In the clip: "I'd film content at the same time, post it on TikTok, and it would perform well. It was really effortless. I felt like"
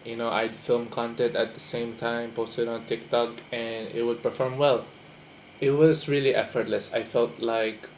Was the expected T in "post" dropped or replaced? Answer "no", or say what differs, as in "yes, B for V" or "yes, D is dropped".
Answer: no